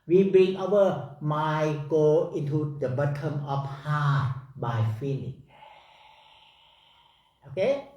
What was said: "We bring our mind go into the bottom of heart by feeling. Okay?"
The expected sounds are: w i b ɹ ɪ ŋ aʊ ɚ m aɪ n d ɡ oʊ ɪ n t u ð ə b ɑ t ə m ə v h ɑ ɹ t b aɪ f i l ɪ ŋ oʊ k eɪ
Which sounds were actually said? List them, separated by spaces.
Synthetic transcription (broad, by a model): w i b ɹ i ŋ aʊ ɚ m aɪ ɡ oʊ ɪ n t u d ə b ɑ t ə m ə f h ɑ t b aɪ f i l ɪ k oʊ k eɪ